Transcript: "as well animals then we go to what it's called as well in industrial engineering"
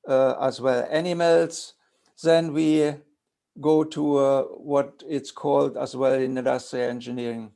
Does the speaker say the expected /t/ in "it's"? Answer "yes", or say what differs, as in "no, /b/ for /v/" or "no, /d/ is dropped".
yes